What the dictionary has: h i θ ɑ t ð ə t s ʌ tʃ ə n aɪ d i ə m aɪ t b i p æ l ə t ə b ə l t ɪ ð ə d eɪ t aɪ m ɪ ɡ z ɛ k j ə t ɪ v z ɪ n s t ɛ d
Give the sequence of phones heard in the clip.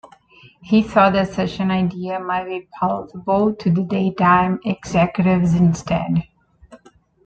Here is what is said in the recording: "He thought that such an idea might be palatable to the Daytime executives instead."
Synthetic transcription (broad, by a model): h i s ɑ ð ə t s ʌ tʃ ə n aɪ d i ə m aɪ t b i p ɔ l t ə b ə l t ɪ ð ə d eɪ t aɪ m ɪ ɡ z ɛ k j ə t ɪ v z ɪ n s t ɛ d